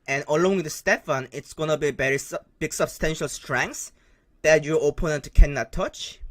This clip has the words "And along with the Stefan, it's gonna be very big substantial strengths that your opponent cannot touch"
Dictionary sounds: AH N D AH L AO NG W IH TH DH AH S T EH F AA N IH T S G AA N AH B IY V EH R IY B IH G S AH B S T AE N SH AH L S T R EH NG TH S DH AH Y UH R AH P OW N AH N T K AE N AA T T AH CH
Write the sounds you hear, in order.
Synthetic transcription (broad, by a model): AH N AH L AO NG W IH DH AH S T EH F AA N IH T S G AA N AH B IY B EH R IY B IH G S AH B S T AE N SH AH L S T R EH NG S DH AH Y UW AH P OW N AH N T K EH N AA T T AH CH